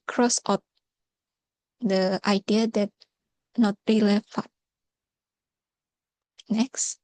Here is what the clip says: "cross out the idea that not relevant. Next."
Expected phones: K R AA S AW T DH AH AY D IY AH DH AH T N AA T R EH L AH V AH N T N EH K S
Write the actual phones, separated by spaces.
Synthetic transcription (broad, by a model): K R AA S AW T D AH AY D IY AH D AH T N AA T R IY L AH F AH T N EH K S